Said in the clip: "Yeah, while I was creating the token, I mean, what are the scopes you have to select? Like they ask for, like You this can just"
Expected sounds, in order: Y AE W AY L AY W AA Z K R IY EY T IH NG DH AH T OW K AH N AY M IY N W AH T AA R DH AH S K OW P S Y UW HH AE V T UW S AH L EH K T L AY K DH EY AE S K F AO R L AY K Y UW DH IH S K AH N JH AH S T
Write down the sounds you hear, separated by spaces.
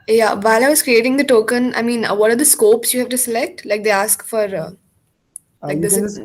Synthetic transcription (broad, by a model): Y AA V AY L AY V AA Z K R IY EY T IH NG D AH T OW K AH N AY M IY N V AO T AA R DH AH S K OW P S Y UW HH AE V T UW S AH L EH K T L AY K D EY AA S K F AO R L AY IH K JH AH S